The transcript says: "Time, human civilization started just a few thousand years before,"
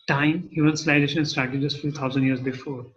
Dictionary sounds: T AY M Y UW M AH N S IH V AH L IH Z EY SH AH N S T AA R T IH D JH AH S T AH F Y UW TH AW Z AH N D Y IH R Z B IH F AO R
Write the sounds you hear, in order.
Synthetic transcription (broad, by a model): T AY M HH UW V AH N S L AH IH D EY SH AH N S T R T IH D JH AH S T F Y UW T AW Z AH N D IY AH R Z B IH F AO R